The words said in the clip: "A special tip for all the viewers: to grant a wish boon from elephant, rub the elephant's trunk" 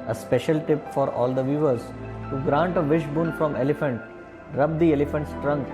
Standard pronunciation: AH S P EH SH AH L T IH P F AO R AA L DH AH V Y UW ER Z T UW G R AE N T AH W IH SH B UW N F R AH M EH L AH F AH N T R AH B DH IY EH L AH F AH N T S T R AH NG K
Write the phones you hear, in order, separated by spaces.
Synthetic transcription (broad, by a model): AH S P EH SH AH L T IH P F AO R AA L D AH V Y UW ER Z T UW G R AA N T AH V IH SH B UW N F R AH M EH L AH F AH N T R AH B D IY EH L AH F AH N T S T R AH NG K